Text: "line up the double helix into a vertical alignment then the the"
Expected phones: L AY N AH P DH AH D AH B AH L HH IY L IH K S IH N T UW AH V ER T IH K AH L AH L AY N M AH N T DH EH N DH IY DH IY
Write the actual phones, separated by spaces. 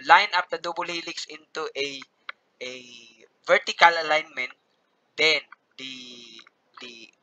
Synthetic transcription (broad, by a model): L AY N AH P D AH D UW B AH L HH IY L IH K S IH N T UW AH V ER T IH K AH L AH L AY N M AH N T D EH N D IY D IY